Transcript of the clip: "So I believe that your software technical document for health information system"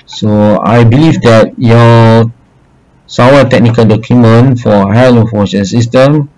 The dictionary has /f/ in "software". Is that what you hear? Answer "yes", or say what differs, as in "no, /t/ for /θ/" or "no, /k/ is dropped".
no, /f/ is dropped